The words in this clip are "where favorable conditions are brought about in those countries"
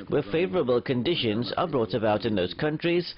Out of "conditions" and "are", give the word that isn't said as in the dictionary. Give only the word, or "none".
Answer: none